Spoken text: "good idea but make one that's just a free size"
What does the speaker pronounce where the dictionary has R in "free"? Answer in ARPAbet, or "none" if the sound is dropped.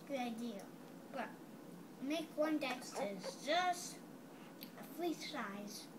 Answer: L